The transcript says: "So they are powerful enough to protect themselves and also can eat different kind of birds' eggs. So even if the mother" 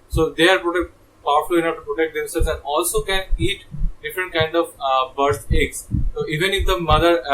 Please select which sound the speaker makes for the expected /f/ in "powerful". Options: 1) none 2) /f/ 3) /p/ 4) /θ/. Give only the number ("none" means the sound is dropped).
3